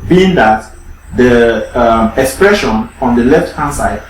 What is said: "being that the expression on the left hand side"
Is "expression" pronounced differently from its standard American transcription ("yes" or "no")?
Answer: no